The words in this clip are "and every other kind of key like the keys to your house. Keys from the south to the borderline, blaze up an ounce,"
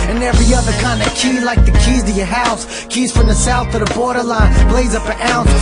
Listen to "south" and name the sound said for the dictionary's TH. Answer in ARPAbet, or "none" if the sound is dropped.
TH